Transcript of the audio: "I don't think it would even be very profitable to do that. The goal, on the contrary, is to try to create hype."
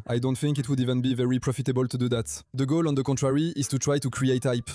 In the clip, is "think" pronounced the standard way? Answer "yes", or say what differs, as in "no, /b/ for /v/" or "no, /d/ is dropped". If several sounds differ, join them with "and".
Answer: yes